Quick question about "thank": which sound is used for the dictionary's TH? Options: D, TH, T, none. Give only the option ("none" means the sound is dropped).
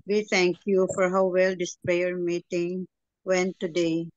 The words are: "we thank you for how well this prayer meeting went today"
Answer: T